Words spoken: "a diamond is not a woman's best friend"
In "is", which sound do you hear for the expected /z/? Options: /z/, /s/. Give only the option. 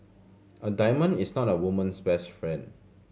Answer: /s/